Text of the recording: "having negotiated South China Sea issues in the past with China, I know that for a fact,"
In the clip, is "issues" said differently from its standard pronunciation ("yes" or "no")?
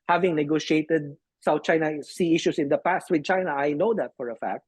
yes